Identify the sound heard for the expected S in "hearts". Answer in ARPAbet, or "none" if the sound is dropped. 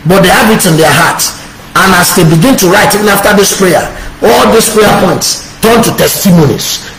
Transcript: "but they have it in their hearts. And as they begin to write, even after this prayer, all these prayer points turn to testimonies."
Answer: none